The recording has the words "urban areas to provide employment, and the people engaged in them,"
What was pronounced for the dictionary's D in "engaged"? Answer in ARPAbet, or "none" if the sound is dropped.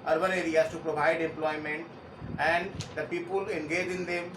none